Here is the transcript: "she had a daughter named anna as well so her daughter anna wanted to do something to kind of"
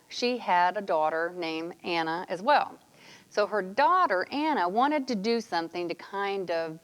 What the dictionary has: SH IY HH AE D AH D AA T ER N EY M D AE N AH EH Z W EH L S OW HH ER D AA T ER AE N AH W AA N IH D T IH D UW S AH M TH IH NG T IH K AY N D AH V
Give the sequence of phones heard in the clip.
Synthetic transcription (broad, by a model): SH IY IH D AH D AA T ER N EY M AE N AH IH Z W EH L S OW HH ER D AA T ER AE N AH W AA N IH D T IH D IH S AH M TH IH NG T IH K AY N D AH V